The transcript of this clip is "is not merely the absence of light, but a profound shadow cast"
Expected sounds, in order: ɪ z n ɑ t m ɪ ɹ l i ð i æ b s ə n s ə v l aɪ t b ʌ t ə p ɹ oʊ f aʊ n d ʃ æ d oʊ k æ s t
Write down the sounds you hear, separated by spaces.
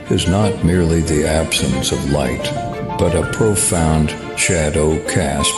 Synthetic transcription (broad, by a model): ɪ z n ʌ t m ɪ ɹ l i ð i æ b s ə n s ə v l aɪ t b ʌ t ə p ɹ oʊ f aʊ n d ʃ æ d oʊ k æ s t